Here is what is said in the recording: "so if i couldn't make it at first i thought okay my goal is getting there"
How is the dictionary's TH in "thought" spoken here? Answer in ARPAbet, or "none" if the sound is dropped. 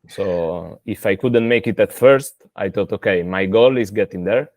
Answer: T